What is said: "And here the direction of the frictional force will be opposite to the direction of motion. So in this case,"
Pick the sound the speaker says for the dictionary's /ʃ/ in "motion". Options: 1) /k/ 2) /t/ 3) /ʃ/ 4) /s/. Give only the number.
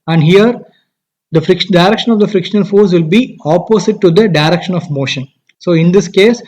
3